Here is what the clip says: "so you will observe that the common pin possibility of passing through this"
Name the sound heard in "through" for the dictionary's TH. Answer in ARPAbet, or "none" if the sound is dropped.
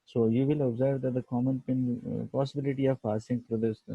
T